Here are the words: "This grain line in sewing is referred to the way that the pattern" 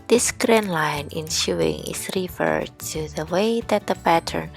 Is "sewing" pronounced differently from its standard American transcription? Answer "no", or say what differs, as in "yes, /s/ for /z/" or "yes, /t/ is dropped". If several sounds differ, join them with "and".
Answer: yes, /ʃ/ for /s/